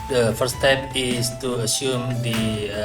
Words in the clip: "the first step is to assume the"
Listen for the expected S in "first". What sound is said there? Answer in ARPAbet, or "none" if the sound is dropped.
none